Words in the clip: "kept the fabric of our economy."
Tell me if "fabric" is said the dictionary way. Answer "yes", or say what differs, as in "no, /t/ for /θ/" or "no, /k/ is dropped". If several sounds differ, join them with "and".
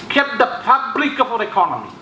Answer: no, /p/ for /f/ and /l/ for /ɹ/